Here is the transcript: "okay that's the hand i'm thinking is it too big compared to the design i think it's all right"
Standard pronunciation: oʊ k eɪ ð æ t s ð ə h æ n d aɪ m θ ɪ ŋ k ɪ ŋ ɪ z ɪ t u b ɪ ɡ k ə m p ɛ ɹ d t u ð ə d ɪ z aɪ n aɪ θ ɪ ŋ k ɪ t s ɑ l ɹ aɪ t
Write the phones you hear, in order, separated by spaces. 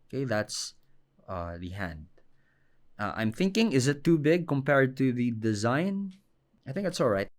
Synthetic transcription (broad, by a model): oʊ k eɪ ð æ t s ð ə h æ n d aɪ m θ ɪ ŋ k ɪ ŋ ɪ z ɪ t u b ɪ ɡ k ə m p ɛ ɹ d t u ð ə d ɪ z aɪ n aɪ θ ɪ ŋ k ɪ t s ɑ l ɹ aɪ t